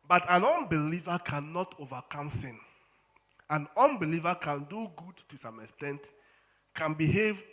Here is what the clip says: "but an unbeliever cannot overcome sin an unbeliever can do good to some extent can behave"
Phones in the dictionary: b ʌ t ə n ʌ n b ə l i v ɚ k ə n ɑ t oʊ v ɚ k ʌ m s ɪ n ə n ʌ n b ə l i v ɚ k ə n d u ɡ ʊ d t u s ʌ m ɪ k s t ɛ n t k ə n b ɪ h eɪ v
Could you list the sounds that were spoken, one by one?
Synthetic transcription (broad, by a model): b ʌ t ə n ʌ n b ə l i v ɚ k ə n ɑ t oʊ v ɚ k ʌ m s ɪ n ə n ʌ n b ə l i v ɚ k ə n d u ɡ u d t u s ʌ m ɪ k s t ɛ n t k ə n b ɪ h eɪ v